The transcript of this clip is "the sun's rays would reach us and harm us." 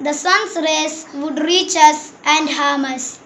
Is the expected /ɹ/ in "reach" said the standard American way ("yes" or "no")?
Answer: yes